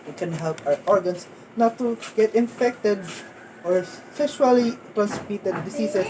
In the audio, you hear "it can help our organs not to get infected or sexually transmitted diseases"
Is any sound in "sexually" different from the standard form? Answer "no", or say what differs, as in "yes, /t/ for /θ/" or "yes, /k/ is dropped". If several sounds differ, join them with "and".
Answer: yes, /k/ is dropped